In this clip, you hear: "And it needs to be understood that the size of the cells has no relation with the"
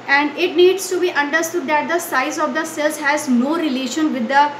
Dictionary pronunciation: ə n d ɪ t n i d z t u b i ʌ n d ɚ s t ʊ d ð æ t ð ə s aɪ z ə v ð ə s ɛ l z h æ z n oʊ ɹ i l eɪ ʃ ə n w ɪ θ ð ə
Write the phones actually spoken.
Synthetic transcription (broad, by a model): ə n d ɪ t n i d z t u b i ʌ n d ɚ s t ʊ d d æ t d ə s aɪ z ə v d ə s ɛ l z h æ z n oʊ ɹ i l eɪ ʃ ə n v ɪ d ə